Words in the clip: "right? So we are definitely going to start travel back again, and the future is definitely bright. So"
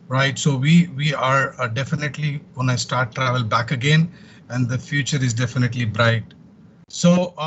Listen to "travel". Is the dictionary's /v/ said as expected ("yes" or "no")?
yes